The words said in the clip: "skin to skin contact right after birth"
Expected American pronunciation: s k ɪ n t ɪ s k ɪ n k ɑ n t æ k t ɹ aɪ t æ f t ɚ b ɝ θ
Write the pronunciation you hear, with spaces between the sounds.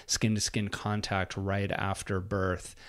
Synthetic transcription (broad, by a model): s k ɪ n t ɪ s k ɪ n k ɑ n t æ k t ɹ aɪ t æ f t ɚ b ɝ θ